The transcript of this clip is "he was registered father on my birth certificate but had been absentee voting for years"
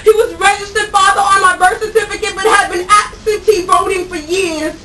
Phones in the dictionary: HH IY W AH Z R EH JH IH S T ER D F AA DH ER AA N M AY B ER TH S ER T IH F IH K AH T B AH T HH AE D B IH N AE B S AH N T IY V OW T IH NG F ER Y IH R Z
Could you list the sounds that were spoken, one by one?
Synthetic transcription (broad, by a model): HH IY W AH Z R EH JH IH S T ER D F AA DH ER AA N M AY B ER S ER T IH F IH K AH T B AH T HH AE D B IH N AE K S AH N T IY V OW T IH NG F ER Y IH R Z